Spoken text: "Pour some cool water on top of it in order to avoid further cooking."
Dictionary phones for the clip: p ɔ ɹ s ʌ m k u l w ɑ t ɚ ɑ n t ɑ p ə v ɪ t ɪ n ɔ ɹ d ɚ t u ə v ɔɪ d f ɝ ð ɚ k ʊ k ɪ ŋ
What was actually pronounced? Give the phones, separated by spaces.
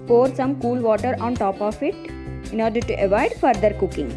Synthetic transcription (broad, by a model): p ɔ ɹ s ʌ m k u l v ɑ t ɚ ɑ n t ɑ p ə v ɪ t ɪ n ɔ ɹ d ɚ t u ə v ɔɪ d f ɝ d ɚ k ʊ k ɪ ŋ